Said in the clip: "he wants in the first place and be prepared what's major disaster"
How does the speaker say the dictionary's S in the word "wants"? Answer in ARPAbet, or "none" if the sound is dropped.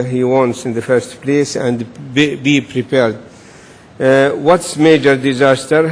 S